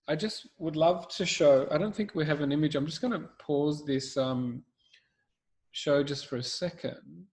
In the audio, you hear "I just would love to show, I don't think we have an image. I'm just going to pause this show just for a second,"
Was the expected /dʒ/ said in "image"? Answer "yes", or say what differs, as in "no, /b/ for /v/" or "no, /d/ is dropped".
yes